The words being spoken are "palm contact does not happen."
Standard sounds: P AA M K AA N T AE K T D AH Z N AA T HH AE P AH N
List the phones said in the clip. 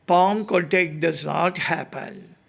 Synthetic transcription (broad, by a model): P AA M K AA T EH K D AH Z N AA T HH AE P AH N